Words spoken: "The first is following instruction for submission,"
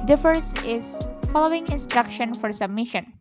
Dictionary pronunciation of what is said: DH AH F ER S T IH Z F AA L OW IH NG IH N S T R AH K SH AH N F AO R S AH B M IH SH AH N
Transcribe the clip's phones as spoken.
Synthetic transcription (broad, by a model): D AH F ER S IH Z F AA L OW IH NG IH N S T R AH K SH AH N F AO R S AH B M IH SH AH N